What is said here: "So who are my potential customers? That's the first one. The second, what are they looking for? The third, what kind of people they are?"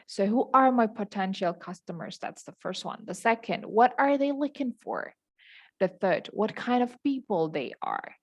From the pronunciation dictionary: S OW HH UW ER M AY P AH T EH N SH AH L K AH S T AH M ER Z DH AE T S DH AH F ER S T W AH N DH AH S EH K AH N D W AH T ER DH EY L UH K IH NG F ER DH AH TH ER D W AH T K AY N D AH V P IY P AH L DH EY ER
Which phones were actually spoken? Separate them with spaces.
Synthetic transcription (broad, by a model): S OW HH UW ER M AY P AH T EH N SH L K AH S T AH M ER Z DH AE T S DH AH F ER S T W AH N DH AH S EH K AH N D W AH T ER DH EY L UH K IH NG F ER DH AH TH ER D W AH T K AY N D AH V P IY P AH L DH EY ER